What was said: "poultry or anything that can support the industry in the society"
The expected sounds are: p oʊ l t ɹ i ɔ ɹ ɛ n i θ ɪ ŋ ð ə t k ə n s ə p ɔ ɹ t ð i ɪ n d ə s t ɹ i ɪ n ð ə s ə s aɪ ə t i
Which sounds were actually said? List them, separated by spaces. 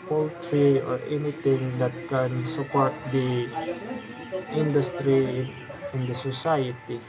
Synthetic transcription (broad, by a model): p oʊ l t ɹ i ɔ ɹ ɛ n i t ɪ ŋ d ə t k ə n s ə p ɔ ɹ t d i ɪ n d ə s t ɹ i ɪ n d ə s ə s aɪ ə t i